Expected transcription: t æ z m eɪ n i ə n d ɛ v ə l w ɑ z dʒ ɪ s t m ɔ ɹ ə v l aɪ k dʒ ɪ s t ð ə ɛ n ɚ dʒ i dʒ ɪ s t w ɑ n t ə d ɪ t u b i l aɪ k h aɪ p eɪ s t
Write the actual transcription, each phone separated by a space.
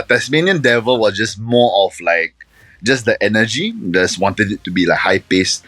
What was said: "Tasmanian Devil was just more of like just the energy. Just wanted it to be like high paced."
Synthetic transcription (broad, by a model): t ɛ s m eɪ n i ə n d ɛ v ə l w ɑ s dʒ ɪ s m ɔ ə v l aɪ k dʒ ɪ s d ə ɛ n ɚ dʒ i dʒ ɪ s w ɑ n t ə d ɪ t u b i l aɪ k h aɪ p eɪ s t